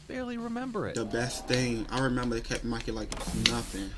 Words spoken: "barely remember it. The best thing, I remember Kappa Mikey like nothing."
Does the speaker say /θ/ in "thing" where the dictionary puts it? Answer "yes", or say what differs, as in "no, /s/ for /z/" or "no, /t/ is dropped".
yes